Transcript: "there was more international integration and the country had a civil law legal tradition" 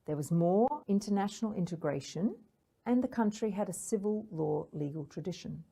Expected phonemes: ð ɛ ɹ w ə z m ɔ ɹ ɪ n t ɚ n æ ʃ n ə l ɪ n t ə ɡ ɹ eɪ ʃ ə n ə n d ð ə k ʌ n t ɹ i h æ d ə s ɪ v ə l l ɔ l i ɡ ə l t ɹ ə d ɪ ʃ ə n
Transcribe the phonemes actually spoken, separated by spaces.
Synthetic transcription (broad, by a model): ð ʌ ɹ w ə z m ɔ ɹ ɪ n t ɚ n æ ʃ n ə l ɪ n t ə ɡ ɹ eɪ ʃ ə n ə n ð ə k ʌ n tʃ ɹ i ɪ d ə s ɪ v ə l l ɔ l i ɡ ə l t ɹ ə d ɪ ʃ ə n